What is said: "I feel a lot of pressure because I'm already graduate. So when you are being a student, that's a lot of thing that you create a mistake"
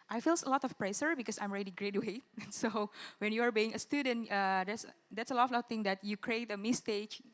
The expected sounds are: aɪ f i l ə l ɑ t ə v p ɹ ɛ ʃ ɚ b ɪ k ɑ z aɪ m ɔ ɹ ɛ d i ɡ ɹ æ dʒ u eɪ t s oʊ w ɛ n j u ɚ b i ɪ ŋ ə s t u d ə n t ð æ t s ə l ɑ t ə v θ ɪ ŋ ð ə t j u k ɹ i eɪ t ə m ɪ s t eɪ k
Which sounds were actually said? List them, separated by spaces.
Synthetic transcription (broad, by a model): aɪ f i l ə l ɑ t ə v p ɹ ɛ s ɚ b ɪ k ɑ s aɪ m ɹ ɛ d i ɡ ɹ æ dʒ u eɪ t s oʊ w ɛ n j u ɚ b i ɪ ŋ ə s t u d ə n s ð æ t s ə l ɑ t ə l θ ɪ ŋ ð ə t j u k ɹ i eɪ t ə m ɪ s t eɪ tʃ